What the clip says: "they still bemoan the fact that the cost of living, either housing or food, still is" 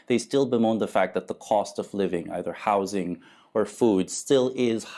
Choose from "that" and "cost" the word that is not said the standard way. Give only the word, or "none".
none